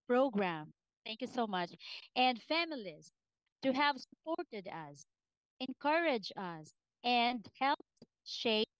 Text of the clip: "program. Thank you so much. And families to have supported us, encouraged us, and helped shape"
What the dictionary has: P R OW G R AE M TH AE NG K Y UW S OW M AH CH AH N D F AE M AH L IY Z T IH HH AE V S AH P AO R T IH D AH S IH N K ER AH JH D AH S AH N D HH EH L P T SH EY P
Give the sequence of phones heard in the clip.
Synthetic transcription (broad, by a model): P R OW G R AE M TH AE NG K Y UW S OW M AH CH AH N D F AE M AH L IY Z T IH HH AE V S AH P AO R T IH D AH S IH N K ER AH JH AH S AH N D HH EH L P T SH EY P